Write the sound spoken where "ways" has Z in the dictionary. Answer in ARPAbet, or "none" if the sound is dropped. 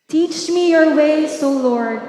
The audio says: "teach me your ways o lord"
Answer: S